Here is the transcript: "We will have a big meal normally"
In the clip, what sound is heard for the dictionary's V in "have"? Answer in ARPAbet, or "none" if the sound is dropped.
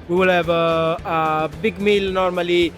B